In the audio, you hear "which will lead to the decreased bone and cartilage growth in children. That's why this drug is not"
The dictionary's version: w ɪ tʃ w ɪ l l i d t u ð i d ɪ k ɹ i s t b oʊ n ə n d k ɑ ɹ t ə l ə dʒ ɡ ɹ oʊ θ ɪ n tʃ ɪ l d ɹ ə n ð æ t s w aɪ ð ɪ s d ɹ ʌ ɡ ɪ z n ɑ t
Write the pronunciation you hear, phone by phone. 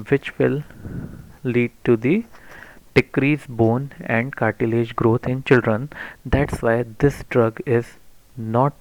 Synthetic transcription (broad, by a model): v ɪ tʃ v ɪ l l i d t u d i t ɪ k ɹ i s b oʊ n ə n d k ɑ ɹ t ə l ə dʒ ɡ ɹ oʊ t ɪ n tʃ ɪ l d ɹ ə n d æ t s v aɪ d ɪ s d ɹ ʌ ɡ ɪ z n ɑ t